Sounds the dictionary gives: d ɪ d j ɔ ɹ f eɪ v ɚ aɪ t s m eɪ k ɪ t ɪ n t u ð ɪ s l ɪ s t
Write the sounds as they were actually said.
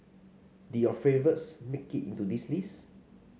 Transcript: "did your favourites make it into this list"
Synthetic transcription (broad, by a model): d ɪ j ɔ f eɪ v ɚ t s m eɪ k ɪ t ɪ n t u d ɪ s l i s